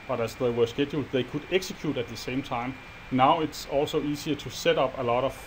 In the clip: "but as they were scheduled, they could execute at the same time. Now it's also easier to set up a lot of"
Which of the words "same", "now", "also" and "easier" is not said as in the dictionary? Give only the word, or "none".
easier